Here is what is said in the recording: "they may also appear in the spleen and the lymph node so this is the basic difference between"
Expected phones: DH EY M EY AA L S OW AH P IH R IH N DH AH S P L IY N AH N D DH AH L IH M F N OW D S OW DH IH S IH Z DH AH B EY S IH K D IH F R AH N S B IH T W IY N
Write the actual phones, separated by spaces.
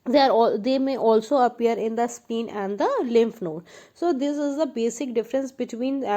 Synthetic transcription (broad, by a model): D EY M EY AA L S OW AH P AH R IH N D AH S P IY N AH N D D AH L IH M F N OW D S OW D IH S IH Z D AH B EY S IH K D IH F R AH N S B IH T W IY N